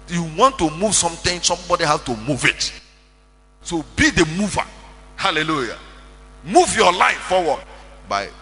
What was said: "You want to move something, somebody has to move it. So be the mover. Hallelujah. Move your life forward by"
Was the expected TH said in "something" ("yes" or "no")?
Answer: no